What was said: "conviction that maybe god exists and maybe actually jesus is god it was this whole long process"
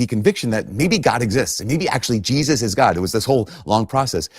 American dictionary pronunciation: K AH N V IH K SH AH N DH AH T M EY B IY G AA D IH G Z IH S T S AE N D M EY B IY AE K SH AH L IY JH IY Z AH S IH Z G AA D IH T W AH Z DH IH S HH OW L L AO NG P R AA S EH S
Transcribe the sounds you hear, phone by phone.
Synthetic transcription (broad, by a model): K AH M V IH K SH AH N DH AH T M EY B IY G AA D IH G Z IH S T S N M EY B IY AE K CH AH L IY JH IY Z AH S IH Z G AA D IH T W AH Z DH IH S HH OW L L AO NG P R AA S EH S